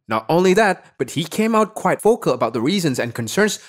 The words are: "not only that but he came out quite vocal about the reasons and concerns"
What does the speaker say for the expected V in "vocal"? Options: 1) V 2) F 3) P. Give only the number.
2